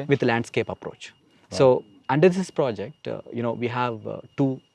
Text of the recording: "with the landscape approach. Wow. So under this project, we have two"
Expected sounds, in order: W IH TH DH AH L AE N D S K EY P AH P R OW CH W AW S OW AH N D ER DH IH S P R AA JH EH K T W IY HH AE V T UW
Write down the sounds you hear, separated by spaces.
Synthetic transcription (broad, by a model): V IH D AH L AE N D S K EY P AH P R OW CH S OW AH N D ER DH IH S P R AA JH EH K T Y IY HH AE V T UW